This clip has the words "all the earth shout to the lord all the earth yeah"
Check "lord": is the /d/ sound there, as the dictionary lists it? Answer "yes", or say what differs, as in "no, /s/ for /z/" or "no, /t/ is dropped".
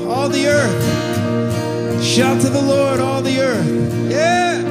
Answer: yes